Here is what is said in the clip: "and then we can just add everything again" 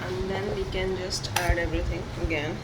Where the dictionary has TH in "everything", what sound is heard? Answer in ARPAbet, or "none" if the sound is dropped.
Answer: T